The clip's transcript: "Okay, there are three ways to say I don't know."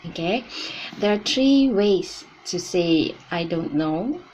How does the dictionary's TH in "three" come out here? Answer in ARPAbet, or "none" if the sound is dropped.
T